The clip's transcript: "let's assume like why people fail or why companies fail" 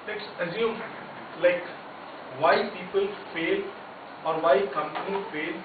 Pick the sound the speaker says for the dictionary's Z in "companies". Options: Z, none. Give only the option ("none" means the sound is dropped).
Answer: none